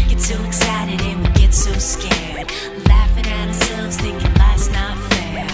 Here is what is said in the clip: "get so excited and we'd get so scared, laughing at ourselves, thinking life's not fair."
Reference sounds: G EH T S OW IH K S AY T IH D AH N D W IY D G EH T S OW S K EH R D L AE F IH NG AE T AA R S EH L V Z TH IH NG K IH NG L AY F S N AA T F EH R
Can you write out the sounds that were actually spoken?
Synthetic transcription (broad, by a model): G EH T S OW IH K S AY T IH D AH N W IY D G EH T S OW S K EH R D L AE F IH NG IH T AA R S EH L V Z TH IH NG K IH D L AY S N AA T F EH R